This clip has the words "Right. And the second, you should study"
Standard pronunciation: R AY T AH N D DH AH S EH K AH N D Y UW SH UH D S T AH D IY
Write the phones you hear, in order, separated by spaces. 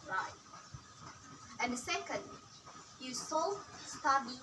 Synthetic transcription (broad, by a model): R AY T AH N D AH S EH K AH N D Y UW S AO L S T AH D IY